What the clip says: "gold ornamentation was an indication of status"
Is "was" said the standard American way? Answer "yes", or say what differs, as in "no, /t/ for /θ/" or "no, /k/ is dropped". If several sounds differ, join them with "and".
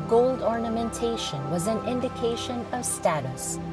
yes